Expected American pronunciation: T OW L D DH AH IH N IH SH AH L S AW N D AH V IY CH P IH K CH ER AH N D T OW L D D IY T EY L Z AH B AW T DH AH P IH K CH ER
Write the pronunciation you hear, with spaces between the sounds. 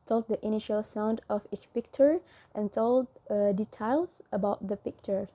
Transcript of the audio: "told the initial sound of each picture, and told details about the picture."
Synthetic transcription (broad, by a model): T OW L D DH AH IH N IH SH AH L S AW N D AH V IY CH P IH K CH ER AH N T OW L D D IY T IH L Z AH B AW T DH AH P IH K CH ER